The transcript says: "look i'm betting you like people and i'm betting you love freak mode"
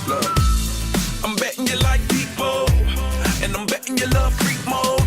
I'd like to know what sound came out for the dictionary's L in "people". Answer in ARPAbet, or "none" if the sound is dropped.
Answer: N